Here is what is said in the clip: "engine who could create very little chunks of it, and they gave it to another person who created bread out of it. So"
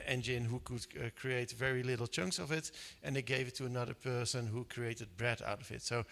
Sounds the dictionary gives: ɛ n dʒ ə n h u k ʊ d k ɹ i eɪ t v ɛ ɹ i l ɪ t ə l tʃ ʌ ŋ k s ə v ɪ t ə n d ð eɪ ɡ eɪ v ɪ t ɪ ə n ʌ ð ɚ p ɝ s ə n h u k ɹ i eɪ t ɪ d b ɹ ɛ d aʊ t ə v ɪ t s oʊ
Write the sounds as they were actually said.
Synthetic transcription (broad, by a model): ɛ n dʒ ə n h u k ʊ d k ɹ i eɪ t v ɛ ɹ i l ɪ t l tʃ ʌ ŋ k s ə v ɪ t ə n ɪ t ɡ eɪ v ɪ t ɪ ə n ʌ ð ɚ p ɝ s ə n h u k ɹ i eɪ t ɪ d b ɹ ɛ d aʊ t ə v ɪ t s oʊ